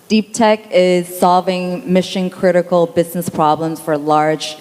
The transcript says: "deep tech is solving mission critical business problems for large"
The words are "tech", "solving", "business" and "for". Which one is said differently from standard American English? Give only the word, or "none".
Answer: none